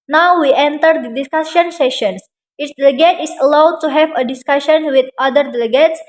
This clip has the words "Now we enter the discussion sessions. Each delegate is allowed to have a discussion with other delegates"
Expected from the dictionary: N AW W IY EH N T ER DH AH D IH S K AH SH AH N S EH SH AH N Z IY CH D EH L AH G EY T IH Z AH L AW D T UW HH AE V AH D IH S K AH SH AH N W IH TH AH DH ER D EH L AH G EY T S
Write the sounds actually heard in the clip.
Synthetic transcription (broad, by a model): N AW W IY EH N T ER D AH D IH S K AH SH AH N S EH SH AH N S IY S D EH L AH G EY T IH S AH L AW D T UW HH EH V AH D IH S K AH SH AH N W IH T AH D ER D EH L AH G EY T S